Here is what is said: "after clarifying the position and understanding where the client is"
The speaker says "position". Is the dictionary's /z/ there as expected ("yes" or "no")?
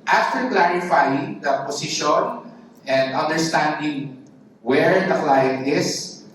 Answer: no